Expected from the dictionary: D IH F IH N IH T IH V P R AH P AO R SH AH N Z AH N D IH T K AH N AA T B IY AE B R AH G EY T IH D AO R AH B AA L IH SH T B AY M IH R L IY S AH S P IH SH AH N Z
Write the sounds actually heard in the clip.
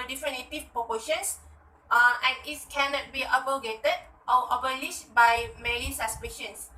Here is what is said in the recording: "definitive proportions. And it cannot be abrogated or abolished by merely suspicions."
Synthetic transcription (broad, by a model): D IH F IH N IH T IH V P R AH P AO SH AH N S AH N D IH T K AH N AA T B IY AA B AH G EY T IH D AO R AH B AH L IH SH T B AY M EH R IY S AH S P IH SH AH N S